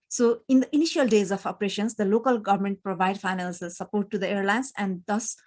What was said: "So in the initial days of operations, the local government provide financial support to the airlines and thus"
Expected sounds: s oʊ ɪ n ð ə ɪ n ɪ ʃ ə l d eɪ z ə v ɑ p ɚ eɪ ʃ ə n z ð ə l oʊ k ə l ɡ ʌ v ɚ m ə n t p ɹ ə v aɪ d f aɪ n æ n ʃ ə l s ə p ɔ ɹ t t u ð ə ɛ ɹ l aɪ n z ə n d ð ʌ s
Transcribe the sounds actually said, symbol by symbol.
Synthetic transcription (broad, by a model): s oʊ ɪ n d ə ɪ n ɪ ʃ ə l d eɪ z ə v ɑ p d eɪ ʃ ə n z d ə l oʊ k ə l ɡ ʌ v ɚ m ə n t p ɹ ə v aɪ d f aɪ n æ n s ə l s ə p ɔ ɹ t t u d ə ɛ ɹ l aɪ n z ə n d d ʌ s